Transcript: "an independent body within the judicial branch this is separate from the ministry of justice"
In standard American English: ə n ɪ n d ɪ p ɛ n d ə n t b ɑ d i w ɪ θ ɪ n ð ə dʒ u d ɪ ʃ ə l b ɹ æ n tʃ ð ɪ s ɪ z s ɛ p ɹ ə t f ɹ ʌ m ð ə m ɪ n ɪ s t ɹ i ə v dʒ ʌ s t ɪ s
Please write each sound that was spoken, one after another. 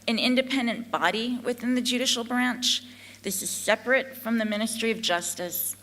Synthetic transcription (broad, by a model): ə n ɪ n d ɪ p ɛ n d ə n b ɑ d i w ɪ θ ɪ n ð ə dʒ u d ɪ ʃ l b ɹ æ n tʃ ð ɪ s ɪ z s ɛ p ɹ ə t f ɹ ʌ m ð ə m ɪ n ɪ s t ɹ i ə v dʒ ʌ s t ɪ s